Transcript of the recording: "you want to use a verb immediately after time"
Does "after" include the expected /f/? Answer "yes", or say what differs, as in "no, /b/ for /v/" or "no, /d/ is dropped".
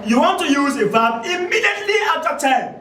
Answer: no, /f/ is dropped